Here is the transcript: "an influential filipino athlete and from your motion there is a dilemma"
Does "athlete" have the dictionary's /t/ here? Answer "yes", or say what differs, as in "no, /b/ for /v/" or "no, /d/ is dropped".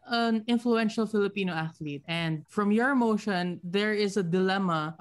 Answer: yes